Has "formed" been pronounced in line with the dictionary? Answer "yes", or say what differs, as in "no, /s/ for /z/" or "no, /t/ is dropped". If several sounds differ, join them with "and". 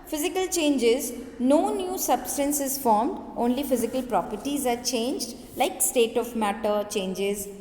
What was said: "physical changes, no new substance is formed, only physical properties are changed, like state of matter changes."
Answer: yes